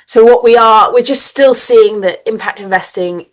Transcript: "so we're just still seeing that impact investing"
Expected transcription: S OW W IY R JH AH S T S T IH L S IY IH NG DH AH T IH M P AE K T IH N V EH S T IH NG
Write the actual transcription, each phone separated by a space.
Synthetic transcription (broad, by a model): S OW W IY W JH AH S T S T IH L S IY IH NG DH AH T IH M P AE K T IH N V EH S T IH NG